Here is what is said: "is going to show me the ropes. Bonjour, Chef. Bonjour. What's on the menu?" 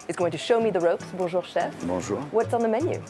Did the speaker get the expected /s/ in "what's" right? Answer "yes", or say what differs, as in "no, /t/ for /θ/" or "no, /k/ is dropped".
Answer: yes